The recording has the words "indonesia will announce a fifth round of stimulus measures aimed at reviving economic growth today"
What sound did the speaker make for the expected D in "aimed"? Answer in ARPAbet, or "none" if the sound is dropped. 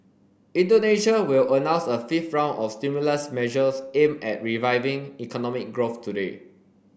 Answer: none